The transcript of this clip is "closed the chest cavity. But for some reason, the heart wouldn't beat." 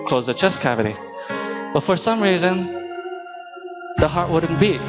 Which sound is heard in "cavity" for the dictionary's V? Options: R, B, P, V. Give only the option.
V